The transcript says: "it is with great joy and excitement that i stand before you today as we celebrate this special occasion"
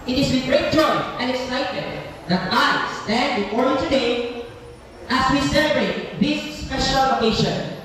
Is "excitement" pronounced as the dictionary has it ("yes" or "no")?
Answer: no